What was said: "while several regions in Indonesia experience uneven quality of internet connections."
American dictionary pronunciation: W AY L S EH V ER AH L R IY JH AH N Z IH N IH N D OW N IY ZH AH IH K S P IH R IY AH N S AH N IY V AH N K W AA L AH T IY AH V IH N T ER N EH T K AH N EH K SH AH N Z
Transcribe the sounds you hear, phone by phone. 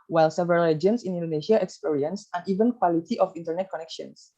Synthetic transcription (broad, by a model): W AY L S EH V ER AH L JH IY AH N S IH N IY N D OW N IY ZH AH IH K S P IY R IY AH N S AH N IY V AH N K W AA L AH T IY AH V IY N T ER N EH T K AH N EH K SH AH N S